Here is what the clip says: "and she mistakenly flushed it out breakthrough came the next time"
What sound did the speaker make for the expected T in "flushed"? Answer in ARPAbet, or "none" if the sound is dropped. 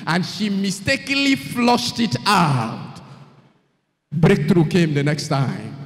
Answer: T